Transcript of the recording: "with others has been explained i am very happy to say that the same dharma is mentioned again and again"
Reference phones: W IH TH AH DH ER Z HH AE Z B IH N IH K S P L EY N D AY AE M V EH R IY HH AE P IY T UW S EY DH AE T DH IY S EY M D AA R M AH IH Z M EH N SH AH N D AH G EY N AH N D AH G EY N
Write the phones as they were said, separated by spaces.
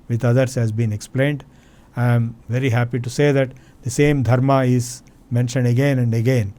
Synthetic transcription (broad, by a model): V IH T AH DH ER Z HH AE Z B IH N IH K S P L EY N D AY M V EH R IY HH AE P IY T UW S EY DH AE T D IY S EY M D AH R M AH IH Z M EH N SH AH N D AH G EY N AH N D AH G EY N